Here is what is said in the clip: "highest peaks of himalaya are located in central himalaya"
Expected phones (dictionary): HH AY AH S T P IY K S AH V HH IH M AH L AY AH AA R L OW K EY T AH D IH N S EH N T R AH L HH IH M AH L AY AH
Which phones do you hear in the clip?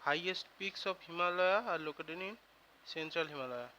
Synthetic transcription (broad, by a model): HH AY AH S T P IY K S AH P HH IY M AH L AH AA R L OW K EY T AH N IH N S EH N T R AH L HH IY M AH L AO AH